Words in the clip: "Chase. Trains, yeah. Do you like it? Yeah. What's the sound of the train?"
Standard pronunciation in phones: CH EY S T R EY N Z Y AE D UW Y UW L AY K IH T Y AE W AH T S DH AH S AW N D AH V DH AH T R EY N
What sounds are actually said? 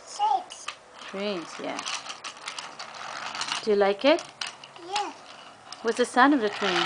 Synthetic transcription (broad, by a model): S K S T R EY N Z Y AE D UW Y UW L AY K IH T Y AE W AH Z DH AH S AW N AH V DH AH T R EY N